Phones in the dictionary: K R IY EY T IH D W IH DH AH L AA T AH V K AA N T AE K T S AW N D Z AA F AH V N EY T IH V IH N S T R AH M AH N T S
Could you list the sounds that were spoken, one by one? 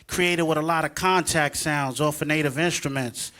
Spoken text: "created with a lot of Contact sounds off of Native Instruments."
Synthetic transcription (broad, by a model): K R IY EY T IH D W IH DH AH L AA T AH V K AA N T AE K T S AW N D Z AA F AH N EY T IH V IH N S T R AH M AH N T S